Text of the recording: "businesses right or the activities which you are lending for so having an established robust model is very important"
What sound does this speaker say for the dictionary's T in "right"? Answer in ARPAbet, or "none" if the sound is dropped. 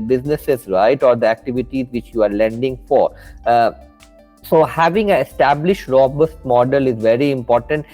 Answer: T